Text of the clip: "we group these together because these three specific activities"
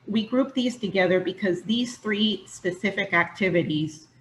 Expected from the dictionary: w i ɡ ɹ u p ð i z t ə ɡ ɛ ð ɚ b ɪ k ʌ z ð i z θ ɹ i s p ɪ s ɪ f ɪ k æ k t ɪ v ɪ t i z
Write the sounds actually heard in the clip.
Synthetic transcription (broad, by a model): w i ɡ ɹ u p ð i z t ə ɡ ɛ ð ɚ b ɪ k ʌ z ð i z θ ɹ i s p ɪ s ɪ f ɪ k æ k t ɪ v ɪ t i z